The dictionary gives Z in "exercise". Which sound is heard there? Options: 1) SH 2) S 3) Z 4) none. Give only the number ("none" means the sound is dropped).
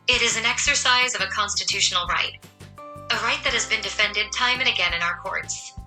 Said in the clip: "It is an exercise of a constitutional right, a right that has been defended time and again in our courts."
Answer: 3